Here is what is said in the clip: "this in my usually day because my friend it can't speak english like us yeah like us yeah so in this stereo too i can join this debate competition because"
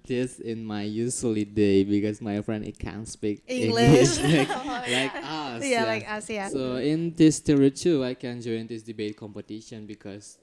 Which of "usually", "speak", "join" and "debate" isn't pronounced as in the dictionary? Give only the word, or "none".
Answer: usually